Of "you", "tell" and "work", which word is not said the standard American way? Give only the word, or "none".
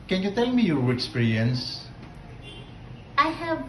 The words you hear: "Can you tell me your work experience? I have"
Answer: work